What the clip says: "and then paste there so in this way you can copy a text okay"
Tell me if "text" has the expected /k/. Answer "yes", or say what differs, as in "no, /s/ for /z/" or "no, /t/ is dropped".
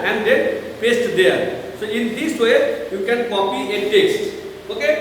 yes